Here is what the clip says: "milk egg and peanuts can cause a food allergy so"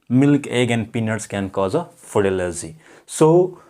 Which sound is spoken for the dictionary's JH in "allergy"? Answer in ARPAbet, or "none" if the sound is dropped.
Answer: Z